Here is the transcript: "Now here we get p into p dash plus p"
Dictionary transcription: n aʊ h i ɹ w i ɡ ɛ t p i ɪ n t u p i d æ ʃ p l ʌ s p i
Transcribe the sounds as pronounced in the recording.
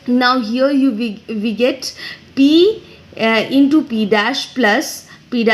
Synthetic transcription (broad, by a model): n aʊ h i ɹ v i ɡ ɛ t p i ɪ n t u p i d æ ʃ p l ʌ s p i